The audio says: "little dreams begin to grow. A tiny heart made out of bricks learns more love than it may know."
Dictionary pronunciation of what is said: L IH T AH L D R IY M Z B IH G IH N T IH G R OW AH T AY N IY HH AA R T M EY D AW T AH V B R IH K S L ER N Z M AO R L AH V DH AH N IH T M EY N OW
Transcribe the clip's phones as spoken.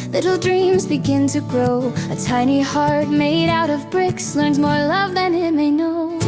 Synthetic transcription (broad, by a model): L IH T L D R IY M Z B IH G IH N T IH G R OW AH T AY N IY HH AA R T M EY D AW T AH V B R IH K S L ER N Z M AO R L AH V DH AH N IH T M EY N OW